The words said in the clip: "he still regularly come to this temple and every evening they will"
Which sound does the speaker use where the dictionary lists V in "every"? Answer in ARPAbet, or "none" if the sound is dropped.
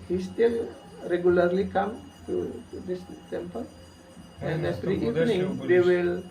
F